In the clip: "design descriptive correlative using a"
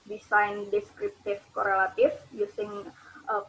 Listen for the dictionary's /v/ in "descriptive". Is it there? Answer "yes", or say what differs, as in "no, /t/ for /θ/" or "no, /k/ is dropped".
no, /f/ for /v/